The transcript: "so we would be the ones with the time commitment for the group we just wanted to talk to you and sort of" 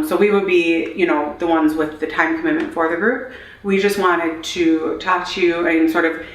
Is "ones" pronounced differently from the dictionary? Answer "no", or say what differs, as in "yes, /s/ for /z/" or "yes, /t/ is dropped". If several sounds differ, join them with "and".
no